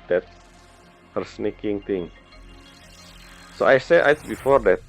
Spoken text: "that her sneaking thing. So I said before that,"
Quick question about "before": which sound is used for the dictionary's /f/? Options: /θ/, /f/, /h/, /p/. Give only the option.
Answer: /f/